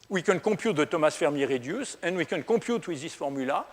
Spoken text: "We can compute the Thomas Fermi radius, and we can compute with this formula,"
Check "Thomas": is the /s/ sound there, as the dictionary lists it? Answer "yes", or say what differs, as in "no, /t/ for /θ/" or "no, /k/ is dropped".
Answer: yes